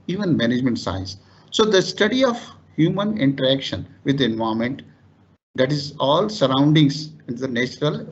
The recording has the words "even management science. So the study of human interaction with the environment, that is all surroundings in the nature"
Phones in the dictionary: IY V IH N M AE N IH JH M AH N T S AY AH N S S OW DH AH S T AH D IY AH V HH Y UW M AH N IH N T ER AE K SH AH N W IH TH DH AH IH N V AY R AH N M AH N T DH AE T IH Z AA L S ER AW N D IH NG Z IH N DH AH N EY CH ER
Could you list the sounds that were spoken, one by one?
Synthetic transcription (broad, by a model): IY V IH N M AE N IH JH M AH N T S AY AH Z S S OW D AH S T AH D IY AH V HH Y UW M AH N IH N T ER AE K SH AH N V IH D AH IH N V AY AH M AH N T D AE T IH Z AA L S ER AW N D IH NG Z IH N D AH N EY CH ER